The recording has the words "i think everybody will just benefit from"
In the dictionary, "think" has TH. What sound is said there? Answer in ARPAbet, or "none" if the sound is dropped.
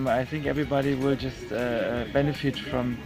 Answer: TH